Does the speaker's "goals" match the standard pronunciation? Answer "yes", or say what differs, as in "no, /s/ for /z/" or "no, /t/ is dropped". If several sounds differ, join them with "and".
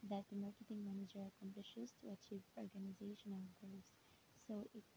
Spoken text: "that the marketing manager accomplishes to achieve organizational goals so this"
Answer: no, /l/ is dropped